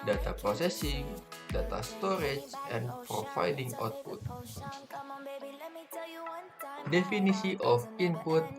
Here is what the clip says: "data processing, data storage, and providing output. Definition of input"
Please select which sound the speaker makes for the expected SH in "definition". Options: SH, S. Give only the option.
S